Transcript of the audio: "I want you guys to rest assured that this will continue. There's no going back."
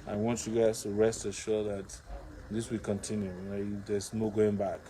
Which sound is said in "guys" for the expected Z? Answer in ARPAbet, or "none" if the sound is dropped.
S